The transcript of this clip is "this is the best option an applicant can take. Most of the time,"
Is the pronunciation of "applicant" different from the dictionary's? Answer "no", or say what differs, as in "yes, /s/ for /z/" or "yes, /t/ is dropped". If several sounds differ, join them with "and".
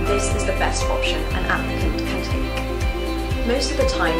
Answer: yes, /n/ is dropped